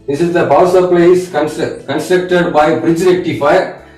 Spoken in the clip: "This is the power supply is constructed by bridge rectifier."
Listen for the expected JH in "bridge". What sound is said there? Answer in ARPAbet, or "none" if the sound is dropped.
JH